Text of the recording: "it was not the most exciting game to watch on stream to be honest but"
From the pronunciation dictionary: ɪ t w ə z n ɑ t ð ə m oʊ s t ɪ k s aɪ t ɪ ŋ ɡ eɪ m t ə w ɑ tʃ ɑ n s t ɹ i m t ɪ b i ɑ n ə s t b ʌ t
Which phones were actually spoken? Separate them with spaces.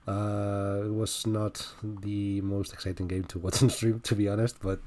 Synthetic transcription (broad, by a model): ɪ t w ə z n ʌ t ð ə m oʊ s t ɪ k s aɪ t ɪ ŋ ɡ eɪ m t ə w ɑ s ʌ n s t ɹ i m t ɪ b i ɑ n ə s t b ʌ t